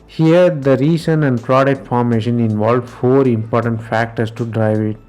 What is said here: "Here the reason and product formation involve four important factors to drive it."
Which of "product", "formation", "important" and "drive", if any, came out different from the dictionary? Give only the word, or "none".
none